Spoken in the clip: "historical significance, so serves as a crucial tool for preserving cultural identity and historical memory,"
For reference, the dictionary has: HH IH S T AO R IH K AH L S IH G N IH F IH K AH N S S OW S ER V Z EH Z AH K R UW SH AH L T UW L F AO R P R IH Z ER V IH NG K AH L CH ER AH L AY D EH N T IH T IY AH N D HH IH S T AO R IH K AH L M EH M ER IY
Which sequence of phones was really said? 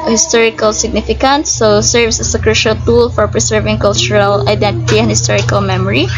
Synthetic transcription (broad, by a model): HH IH S T AO R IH K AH L S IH G N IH F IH K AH N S S OW S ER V S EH S AH K R UW SH AH L T UW L F AO R P R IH S ER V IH NG K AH L CH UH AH L AY D EH N T IH T IY AH N D HH IH S T AO R IH K AH L M EH M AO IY